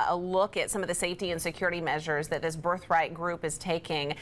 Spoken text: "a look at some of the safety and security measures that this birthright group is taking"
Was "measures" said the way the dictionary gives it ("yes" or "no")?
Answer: yes